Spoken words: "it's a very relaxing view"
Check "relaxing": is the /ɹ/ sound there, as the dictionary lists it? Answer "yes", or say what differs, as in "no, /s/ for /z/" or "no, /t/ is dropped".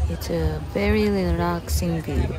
no, /l/ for /ɹ/